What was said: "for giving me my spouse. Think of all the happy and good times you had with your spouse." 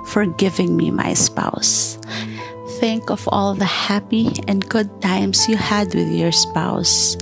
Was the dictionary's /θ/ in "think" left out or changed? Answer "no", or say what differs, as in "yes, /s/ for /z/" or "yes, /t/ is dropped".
no